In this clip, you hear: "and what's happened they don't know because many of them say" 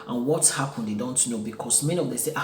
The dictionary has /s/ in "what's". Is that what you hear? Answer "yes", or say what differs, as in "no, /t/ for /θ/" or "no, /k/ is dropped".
no, /s/ is dropped